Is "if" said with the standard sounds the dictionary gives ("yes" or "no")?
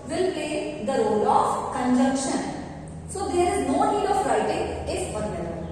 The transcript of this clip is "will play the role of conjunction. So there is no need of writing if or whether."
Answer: no